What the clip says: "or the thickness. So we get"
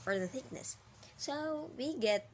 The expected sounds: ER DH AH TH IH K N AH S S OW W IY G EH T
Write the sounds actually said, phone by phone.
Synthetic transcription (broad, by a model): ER DH AH TH IH K N AH S S OW W IY G EH T